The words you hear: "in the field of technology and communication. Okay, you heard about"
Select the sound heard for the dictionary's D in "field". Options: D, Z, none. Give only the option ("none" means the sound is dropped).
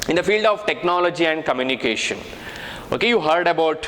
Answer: D